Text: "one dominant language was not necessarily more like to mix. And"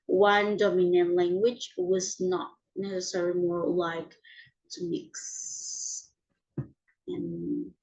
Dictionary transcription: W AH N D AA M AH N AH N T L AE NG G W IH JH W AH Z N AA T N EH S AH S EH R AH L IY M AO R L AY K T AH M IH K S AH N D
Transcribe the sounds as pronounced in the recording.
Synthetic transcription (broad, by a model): W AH N D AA M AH N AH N L AE NG G W IH JH W AH Z N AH T N EH S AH S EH R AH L IY M AO R L AY K T AH M IH K S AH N